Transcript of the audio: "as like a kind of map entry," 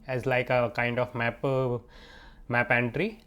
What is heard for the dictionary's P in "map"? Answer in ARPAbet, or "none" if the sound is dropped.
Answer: P